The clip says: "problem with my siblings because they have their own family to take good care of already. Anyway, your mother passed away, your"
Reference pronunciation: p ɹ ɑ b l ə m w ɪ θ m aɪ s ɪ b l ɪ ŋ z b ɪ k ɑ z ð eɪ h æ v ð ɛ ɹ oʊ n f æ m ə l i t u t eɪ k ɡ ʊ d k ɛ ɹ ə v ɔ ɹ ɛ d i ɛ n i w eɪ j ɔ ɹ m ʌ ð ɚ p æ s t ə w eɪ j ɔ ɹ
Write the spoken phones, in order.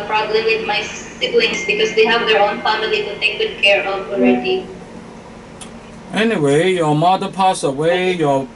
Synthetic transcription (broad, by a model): p ɹ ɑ b l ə m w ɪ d m aɪ s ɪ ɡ l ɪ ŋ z b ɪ k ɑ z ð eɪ h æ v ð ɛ ɹ oʊ n f æ m ə l i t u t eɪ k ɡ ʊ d k ɛ ɹ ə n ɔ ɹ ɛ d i ɛ n i w eɪ j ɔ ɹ m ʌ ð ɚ p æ s ə w eɪ j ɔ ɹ